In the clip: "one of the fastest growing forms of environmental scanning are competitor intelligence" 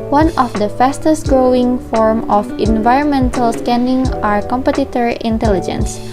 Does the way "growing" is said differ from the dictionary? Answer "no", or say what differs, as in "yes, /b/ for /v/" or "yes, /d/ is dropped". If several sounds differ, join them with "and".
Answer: no